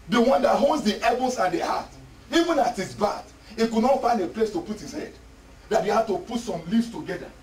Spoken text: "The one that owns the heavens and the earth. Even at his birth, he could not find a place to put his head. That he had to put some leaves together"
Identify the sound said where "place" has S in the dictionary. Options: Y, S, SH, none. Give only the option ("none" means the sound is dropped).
S